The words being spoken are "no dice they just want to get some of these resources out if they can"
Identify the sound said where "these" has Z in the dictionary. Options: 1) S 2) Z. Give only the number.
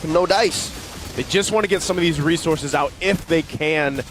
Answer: 2